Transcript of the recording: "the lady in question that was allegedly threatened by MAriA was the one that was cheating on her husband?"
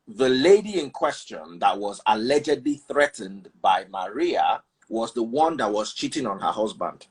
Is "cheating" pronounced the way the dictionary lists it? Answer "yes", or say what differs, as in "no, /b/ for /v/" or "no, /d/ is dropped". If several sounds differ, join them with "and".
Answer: yes